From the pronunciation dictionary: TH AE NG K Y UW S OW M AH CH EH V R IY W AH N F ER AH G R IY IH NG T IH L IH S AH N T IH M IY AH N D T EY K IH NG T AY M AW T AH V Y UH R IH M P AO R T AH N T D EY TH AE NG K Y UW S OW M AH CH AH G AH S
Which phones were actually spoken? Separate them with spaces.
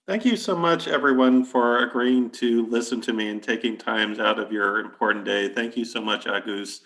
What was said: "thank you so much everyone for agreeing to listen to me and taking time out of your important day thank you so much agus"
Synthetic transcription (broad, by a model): TH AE NG K Y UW S OW M AH CH EH V R IY W AH N F ER AH G R IY IH NG T IH L IH S AH N T IH M IY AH N T EY K IH NG T AY M AW T AH V Y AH R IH M P AO R T N D EY TH AE NG K Y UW S OW M AH CH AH G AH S